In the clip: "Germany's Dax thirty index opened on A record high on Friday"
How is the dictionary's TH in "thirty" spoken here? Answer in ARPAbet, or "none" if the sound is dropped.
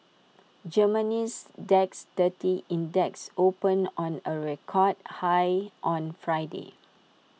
T